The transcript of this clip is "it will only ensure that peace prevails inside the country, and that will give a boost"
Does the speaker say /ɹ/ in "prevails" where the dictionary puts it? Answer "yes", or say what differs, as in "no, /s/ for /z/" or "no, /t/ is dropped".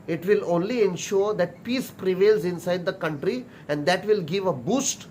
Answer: yes